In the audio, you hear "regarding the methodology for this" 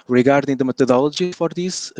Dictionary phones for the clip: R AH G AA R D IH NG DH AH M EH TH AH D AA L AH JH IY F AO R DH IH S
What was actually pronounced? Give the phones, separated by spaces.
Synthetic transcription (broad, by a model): R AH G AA R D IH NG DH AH M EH T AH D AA L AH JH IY F AO R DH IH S